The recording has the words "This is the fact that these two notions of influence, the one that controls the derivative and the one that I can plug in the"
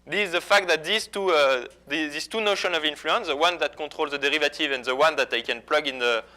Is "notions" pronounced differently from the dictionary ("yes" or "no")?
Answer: yes